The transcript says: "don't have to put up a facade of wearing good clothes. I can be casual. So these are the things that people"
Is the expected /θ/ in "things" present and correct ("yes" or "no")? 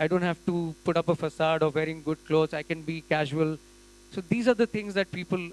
no